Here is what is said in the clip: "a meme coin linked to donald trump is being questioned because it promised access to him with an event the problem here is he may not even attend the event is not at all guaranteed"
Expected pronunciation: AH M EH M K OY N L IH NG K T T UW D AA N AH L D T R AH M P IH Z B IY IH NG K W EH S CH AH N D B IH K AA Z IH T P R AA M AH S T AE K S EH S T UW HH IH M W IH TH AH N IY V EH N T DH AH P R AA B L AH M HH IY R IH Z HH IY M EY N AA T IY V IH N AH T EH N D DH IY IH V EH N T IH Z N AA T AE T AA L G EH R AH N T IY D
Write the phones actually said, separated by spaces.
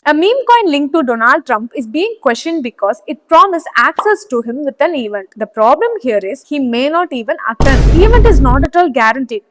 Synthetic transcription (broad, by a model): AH M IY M K OY N L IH NG K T T UW D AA N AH L D T R AH M P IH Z B IY IH NG K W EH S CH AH N D B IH K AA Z IH T P R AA M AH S AE K S EH S T UW HH IH M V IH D AH N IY V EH N T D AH P R AA B L AH M HH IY R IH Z HH IY M EY N AA T IY V IH N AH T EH N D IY V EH N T IH Z N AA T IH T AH L G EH R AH N T IY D